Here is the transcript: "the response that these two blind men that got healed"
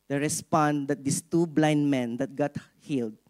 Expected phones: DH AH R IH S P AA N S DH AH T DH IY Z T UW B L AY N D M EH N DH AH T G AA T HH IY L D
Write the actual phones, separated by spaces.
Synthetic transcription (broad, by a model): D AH R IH S P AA N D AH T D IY S T UW B L AY N D M EH N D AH T G AA T HH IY L D